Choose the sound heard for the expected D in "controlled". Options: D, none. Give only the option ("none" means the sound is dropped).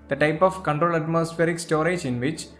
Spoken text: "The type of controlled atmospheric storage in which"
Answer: none